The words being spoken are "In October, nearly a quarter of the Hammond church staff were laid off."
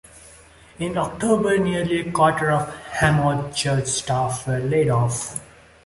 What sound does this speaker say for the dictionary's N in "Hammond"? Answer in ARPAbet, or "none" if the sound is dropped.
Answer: none